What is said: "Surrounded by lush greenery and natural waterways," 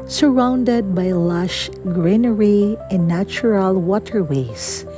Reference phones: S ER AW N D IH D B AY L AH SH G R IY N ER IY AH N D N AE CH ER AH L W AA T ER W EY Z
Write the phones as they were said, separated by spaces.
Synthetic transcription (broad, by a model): S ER AW N D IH D B AY L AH SH G R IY N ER IY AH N N AE CH ER AH L W AA T ER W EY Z